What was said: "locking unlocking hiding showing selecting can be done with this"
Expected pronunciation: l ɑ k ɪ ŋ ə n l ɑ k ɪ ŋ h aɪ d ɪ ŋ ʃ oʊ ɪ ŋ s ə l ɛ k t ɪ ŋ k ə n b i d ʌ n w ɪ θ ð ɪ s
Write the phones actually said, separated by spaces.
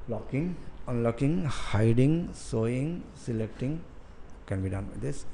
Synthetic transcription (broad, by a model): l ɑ k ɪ ŋ ə n l ɑ k ɪ ŋ h aɪ d ɪ ŋ s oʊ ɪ ŋ s ə l ɛ k t ɪ ŋ k ə n b i d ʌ n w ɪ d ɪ s